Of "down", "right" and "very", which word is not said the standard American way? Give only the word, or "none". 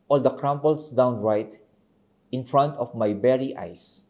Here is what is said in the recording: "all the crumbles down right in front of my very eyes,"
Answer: very